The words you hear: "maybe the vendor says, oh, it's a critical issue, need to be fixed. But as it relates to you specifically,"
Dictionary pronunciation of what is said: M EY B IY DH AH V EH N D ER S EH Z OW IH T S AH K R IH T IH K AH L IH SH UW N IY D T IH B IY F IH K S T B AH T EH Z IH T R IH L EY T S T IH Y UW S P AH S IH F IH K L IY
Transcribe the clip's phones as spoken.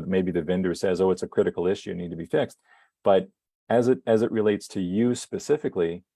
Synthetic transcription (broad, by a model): M EY B IY DH AH V EH N D ER S EH Z OW IH T S AH K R IH T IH K L IH SH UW N IY D T IH B IY F IH K S T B AH T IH Z IH T R IH L EY T S T IH Y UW S P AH S IH F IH K L IY